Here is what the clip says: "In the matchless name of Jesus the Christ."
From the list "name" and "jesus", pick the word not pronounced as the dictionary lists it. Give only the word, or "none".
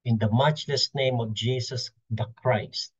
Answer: jesus